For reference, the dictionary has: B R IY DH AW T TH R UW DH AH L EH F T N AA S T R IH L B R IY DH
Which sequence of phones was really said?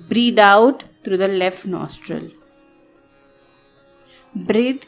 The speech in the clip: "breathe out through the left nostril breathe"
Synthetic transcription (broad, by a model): B R IY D AW T T R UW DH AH L EH F T N AA S T R IH L B R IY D